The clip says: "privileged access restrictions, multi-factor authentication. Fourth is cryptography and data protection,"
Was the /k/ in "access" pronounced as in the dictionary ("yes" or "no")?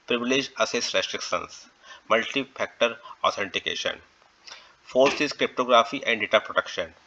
no